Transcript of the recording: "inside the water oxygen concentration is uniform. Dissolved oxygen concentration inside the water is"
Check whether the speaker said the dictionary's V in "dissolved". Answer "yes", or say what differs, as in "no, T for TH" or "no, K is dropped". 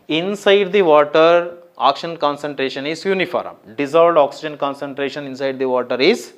no, V is dropped